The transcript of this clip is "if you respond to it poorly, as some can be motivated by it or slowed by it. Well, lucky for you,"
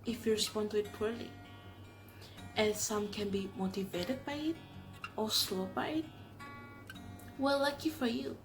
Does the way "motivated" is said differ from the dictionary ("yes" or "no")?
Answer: no